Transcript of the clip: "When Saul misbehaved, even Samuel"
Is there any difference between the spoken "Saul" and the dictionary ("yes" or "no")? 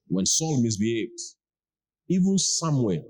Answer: no